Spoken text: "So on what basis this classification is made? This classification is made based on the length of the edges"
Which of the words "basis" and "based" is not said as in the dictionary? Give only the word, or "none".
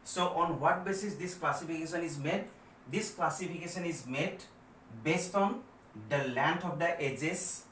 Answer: none